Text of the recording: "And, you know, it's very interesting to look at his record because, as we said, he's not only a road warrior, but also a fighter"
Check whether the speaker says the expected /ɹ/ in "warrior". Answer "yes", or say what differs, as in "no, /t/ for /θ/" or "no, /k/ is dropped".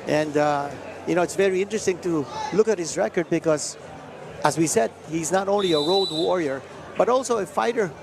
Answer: yes